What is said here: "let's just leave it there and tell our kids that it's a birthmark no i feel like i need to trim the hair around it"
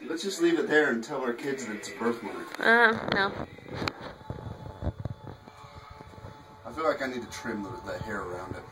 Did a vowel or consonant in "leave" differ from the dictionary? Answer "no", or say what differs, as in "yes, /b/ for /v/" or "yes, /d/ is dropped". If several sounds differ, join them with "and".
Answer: no